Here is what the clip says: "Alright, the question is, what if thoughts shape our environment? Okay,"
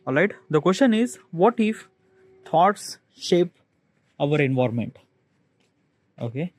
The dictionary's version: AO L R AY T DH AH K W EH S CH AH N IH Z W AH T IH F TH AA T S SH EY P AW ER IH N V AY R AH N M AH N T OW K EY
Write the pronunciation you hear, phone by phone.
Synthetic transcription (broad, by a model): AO L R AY T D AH K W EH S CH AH N IH Z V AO T IH F T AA T S SH EY P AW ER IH N V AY R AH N M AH N T OW K EY